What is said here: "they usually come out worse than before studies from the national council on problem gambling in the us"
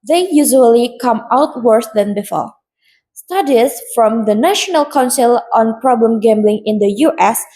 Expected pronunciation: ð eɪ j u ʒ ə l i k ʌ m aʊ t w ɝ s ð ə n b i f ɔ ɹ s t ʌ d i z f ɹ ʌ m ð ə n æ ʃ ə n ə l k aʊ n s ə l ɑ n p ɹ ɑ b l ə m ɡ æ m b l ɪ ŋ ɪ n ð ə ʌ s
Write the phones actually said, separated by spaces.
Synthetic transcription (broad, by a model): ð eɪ j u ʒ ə l i k ʌ m aʊ t w ɝ s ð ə n b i f ɔ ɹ s t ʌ d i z f ɹ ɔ m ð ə n æ ʃ ə n ə l k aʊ n s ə l ɑ n p ɹ ɑ b l ə m ɡ æ m b l ɪ ŋ ɪ n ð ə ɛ s